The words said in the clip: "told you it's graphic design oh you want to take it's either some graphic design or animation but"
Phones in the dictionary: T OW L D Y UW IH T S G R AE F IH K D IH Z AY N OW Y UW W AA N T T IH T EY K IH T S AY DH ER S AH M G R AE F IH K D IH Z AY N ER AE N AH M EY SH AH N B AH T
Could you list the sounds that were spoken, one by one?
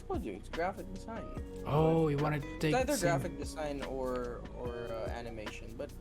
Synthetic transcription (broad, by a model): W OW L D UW IH T S G R AE F IH K D IH Z AY N OW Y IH W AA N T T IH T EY IH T AY DH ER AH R G R AE F IH K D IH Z AY N ER AE N AH M EY SH AH N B AH T